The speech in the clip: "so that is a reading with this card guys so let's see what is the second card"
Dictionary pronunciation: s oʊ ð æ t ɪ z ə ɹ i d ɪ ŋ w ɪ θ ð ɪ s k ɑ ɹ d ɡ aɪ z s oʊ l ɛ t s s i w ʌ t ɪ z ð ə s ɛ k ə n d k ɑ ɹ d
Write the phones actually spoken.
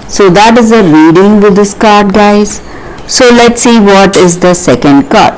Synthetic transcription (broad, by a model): s oʊ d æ t ɪ z ə ɹ i d ɪ ŋ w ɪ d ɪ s k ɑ ɹ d ɡ aɪ z s oʊ l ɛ t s s i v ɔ t ɪ z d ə s ɛ k ə n d k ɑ ɹ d